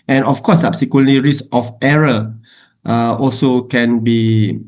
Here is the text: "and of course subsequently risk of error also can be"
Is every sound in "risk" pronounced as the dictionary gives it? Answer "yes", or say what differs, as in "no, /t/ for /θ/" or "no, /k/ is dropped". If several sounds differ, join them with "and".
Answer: no, /k/ is dropped